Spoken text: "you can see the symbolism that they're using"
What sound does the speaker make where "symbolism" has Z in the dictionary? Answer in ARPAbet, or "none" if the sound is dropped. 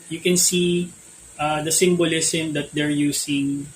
S